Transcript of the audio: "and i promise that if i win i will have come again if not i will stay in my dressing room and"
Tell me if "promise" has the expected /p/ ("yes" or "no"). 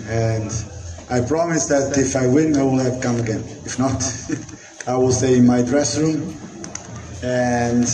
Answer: yes